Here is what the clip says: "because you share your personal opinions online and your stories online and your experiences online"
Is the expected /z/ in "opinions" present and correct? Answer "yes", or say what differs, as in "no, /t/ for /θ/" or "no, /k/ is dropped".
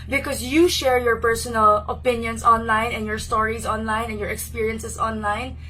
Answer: no, /s/ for /z/